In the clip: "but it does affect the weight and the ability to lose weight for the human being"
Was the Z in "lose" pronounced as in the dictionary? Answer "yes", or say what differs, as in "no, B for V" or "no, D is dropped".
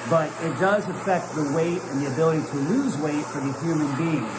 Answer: yes